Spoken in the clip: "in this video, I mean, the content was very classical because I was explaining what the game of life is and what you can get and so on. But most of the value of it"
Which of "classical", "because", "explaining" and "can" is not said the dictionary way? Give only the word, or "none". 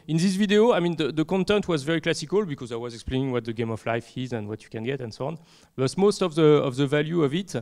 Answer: none